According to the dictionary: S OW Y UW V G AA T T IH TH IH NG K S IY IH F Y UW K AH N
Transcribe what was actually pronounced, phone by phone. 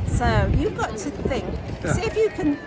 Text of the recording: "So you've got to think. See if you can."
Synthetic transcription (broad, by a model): S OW Y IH V G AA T T IH TH IH NG K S IH F Y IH K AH N